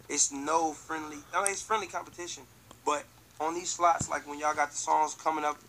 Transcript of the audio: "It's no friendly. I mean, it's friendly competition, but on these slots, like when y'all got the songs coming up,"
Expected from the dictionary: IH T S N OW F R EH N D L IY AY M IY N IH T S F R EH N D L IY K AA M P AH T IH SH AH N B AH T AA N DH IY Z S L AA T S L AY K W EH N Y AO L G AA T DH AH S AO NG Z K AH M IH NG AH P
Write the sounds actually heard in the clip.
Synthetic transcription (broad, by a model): IH T S N OW F R EH N D L IY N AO IH T S F R EH N D L IY K AA M P AH T IH SH AH N B AH T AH N DH IY Z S L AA T S L AY K W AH N Y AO G AA T DH AH S AO NG Z K AH M IH NG AH P